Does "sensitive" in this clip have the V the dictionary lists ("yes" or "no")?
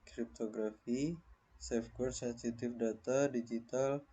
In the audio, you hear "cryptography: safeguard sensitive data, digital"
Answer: no